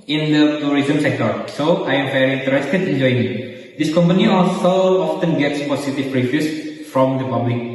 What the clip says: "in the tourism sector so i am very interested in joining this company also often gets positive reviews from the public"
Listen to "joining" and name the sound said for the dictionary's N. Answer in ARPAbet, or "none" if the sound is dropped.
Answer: none